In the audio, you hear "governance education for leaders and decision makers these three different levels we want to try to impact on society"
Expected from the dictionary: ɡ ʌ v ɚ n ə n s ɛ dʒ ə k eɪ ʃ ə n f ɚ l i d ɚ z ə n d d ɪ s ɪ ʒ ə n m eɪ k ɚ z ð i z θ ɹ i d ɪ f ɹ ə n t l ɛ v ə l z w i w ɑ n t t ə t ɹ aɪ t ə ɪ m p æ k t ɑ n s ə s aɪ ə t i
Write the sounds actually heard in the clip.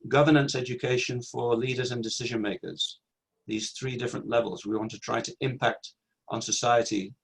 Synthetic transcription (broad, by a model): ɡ ʌ v ɚ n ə n s ɛ dʒ ə k eɪ ʃ ə n f ɚ l i d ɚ z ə n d d ɪ s ɪ ʒ ə n m eɪ k ɚ z ð i z θ ɹ i d ɪ f ɹ ə n t l ɛ v ə l z w i w ɑ n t t ə t ɹ aɪ t ə ɪ m p æ k t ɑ n s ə s aɪ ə t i